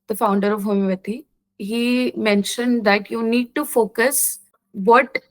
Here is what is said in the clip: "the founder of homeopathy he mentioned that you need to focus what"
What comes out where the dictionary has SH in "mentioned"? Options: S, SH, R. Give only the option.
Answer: SH